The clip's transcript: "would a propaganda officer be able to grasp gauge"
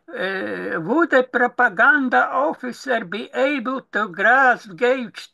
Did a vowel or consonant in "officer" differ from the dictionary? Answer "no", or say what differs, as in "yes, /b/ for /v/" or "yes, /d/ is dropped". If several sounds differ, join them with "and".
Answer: no